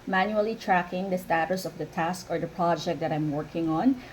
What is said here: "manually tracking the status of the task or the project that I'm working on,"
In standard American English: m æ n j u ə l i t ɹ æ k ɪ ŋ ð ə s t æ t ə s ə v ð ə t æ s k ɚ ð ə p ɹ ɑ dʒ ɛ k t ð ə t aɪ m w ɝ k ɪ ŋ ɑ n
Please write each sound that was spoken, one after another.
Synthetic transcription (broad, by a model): m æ n j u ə l i t ɹ æ k ɪ ŋ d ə s t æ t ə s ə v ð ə t æ s k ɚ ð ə p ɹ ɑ dʒ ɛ k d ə t aɪ m w ɝ k ɪ ŋ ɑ n